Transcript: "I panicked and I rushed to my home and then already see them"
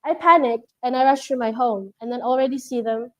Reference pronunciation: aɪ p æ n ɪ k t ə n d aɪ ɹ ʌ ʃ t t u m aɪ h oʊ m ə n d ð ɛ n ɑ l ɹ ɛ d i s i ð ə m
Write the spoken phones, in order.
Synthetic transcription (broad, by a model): aɪ p æ n ɪ k t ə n aɪ ɹ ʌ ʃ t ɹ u m aɪ h oʊ m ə n ð ɛ n ɑ l ɹ ɛ d i s i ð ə m